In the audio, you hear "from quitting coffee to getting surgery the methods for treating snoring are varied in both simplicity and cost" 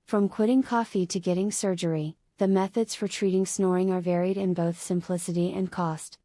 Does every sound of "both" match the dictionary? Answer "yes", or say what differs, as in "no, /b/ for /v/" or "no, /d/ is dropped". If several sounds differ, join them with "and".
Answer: yes